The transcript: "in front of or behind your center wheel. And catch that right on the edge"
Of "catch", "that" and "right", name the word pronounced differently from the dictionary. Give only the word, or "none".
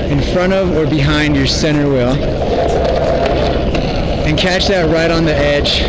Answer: none